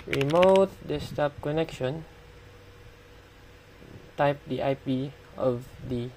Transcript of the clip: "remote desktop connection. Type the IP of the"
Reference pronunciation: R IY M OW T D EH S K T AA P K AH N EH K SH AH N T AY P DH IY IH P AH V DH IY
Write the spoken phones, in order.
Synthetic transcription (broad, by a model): R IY M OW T D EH S T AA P K AH N EH K SH AH N T AY P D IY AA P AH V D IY